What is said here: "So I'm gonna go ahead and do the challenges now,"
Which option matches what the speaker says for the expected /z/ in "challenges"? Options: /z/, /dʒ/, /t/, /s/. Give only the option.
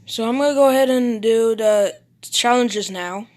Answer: /z/